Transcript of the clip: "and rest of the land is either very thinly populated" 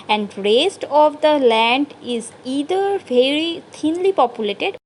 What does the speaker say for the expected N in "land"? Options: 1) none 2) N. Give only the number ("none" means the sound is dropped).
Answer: 2